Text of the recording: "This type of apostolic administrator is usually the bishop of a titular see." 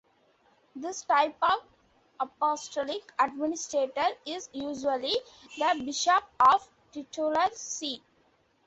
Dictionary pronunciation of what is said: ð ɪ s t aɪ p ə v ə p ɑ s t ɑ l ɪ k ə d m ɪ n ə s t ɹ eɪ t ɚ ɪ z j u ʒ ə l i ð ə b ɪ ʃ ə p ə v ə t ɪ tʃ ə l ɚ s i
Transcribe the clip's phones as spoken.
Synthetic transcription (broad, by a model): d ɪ s t aɪ p ə v ə p ɑ s t ɑ l ɪ k ə d m ɪ n ə s t ɹ eɪ t ɚ ɪ z j u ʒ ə l i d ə b ɪ ʃ ə p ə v t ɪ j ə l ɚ s i